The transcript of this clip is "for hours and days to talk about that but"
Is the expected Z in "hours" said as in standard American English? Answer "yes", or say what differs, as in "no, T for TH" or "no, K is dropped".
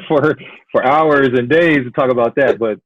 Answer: yes